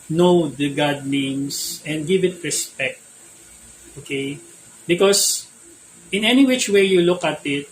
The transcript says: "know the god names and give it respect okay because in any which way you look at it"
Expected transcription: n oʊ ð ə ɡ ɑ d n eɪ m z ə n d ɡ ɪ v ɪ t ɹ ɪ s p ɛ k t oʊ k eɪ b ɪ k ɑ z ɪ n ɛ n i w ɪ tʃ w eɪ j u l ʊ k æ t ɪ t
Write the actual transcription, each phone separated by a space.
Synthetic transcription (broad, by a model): n oʊ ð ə ɡ ɑ d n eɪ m s ə n d ɡ ɪ v ɪ t ɹ ɪ s p ɛ k t oʊ k eɪ b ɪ k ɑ s ɪ n ɛ n i w ɪ tʃ w eɪ j u l ʊ k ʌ t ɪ t